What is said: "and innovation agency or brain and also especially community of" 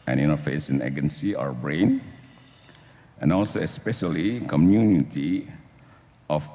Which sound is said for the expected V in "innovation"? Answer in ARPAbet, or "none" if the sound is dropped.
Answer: F